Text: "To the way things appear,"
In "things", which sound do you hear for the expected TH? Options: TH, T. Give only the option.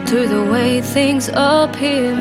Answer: TH